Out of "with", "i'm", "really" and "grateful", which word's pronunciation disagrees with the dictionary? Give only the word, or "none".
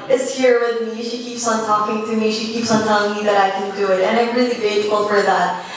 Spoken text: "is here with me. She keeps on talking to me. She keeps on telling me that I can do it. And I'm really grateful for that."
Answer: grateful